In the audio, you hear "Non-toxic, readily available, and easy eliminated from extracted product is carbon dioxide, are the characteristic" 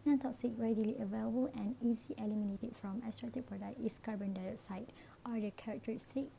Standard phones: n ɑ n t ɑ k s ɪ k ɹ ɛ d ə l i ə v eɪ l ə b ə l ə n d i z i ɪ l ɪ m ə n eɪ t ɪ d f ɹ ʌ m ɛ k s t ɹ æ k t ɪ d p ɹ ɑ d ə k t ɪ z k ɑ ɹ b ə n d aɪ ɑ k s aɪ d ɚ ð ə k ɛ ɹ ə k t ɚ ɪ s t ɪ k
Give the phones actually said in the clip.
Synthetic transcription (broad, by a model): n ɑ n t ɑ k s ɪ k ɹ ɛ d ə l i ə v eɪ l ə b ə l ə n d i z i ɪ l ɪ m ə n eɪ t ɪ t f ɹ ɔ m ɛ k s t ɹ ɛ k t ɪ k p ɹ ɑ d ə k t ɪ s k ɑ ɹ b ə n d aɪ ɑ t s aɪ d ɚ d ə k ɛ ɹ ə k t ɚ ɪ s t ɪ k